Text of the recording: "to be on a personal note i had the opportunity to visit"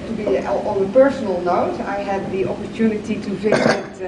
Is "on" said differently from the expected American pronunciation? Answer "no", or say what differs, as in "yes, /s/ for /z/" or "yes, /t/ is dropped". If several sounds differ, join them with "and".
yes, /l/ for /n/